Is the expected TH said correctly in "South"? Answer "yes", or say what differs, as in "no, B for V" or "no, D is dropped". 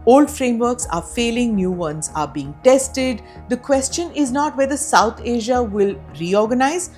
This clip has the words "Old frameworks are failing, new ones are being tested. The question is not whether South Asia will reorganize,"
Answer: no, T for TH